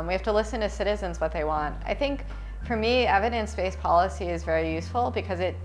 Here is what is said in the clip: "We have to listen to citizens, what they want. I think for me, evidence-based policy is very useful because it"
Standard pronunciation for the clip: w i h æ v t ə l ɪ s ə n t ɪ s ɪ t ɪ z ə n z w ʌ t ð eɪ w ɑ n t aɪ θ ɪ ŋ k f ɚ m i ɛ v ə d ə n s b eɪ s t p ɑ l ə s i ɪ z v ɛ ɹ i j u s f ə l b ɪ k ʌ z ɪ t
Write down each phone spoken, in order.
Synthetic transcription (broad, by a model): w i h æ f t ə l ɪ s ə n t ɪ s ɪ t ɪ z ə n z w ʌ t ð eɪ w ɑ n t aɪ θ ɪ ŋ k f ɚ m i ɛ v ə d ə n s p eɪ s p ɑ l ə s i ɪ z v ɛ ɹ i j u s f l b ɪ k ʌ z ɪ t